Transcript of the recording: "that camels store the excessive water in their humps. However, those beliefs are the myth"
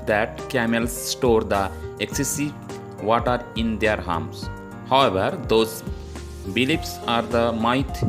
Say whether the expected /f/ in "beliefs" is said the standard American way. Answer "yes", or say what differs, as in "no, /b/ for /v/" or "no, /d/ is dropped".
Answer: no, /p/ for /f/